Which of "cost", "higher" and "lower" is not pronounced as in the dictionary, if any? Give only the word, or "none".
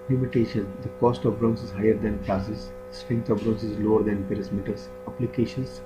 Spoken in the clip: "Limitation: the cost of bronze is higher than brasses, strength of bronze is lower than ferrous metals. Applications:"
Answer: none